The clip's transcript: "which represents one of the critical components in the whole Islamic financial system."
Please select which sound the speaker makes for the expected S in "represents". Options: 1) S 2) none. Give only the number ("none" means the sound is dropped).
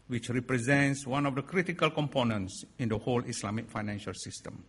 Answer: 1